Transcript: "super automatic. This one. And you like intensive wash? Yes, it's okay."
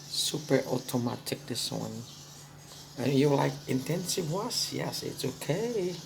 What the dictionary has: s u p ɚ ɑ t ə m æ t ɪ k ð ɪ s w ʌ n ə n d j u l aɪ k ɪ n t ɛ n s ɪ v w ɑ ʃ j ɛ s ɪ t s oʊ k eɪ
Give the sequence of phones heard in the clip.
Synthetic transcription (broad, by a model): s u p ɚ ɑ t ə m æ t ɪ k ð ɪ s w ʌ n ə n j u l aɪ k ɪ n t ɛ n s ɪ v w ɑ s j ɛ s ɪ t s oʊ k eɪ